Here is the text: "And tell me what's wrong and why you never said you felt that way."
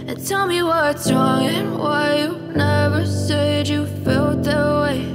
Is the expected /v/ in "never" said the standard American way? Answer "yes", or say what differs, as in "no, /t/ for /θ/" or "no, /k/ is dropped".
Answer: yes